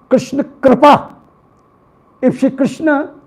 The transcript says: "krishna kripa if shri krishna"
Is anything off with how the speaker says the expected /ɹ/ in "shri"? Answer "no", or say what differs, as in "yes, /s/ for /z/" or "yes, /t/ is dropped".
yes, /ɹ/ is dropped